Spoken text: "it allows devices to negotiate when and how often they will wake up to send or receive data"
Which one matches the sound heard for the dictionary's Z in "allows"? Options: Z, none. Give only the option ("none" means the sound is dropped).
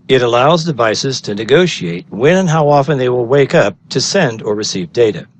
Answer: Z